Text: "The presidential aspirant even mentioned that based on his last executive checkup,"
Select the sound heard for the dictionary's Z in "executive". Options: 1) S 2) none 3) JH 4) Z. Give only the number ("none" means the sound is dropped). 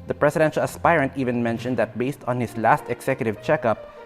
1